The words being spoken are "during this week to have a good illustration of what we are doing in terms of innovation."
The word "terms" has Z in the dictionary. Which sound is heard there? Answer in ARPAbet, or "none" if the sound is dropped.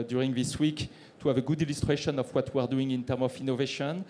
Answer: none